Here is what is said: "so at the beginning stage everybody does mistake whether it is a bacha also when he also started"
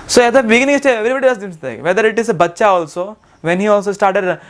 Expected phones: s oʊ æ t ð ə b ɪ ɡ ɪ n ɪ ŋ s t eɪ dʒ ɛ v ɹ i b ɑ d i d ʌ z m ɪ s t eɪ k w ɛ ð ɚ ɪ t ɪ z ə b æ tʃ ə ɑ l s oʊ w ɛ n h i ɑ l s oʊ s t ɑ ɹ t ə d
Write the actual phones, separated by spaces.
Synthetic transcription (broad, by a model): s oʊ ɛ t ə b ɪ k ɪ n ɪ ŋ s t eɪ ɛ v ɹ i b ɑ d i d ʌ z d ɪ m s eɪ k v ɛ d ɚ ɪ t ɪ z ə b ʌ tʃ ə ɑ l s oʊ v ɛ n h i ɑ l s oʊ s t ɑ ɹ t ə d